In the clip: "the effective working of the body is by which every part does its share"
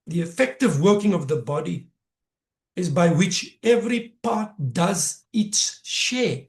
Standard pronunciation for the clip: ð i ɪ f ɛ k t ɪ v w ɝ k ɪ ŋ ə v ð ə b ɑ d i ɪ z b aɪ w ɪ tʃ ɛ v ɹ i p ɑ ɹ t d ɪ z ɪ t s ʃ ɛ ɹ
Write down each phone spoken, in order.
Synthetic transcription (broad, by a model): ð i ɪ f ɛ k t ɪ v w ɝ k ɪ ŋ ə v ð ə b ɑ d i ɪ z b aɪ w ɪ tʃ ɛ v ɹ i p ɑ t d ɪ z ɪ t s ʃ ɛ